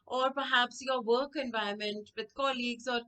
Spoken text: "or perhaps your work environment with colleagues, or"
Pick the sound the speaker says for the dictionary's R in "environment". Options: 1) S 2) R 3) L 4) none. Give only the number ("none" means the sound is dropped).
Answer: 4